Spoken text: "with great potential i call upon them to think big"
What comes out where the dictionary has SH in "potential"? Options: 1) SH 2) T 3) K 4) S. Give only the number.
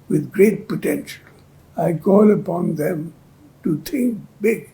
1